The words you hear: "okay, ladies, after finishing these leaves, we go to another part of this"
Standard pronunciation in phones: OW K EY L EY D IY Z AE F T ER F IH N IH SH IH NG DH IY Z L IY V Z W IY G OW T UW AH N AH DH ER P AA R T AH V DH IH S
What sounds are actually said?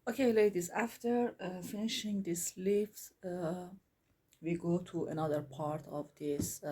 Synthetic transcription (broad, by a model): OW K EY L EY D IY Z AE F T ER F IH N IH SH IH NG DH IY S L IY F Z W IY G OW T UW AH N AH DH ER P AA R T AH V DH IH S